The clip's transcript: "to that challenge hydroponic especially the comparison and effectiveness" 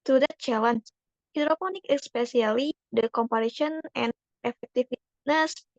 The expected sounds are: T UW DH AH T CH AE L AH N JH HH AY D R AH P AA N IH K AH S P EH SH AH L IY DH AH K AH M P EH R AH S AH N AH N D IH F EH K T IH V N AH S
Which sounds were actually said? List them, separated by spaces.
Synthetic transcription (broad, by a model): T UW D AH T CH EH L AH N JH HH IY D R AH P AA N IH K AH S P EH S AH L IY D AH K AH M P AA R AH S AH N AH N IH F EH K T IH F N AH S